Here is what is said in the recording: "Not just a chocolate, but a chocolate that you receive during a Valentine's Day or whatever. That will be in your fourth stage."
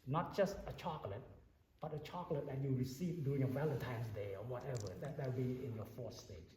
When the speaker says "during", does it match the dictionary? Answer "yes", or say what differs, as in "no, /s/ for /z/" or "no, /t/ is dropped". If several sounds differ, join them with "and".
no, /ɹ/ is dropped